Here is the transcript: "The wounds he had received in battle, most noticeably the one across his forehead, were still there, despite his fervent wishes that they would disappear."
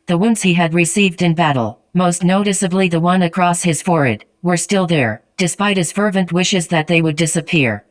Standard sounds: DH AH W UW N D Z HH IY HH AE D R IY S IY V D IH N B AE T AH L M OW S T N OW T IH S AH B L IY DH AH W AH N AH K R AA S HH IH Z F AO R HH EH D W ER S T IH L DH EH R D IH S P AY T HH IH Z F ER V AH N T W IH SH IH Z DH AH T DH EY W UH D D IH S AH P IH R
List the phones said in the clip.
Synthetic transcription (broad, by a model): DH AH W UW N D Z HH IY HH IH D R IY S IY V D IH N B AE T L M OW S T N OW T IH S AH B L IY DH AH W AH N AH K R AA S HH IH Z F AO R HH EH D W ER S T IH L DH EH R D IH S P AY T HH IH Z F ER V AH N T W IH SH IH Z DH AH T DH EY W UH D D IH S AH P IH R